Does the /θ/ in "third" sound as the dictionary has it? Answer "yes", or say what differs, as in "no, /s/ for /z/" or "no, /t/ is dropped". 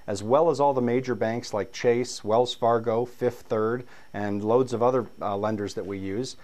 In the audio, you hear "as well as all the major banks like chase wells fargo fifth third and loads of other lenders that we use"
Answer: yes